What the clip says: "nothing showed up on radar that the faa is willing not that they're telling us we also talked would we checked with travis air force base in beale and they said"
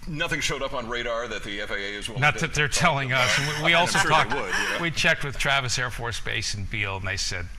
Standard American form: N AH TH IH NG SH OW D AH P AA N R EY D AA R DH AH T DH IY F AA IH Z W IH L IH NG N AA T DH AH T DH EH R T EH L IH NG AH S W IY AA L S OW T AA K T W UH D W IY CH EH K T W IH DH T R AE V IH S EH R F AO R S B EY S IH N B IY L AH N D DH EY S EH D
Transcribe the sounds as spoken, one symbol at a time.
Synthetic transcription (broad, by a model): N AH TH IH NG SH OW D AH P N R EY D AA R DH AH T DH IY F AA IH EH IH IH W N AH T DH AH T DH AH R T EH L IH NG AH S W IY AA L S OW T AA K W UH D W IY CH EH K T W IH DH T R AE V IH S EH R F AO R S B EY S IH N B IY L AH N DH EY S EH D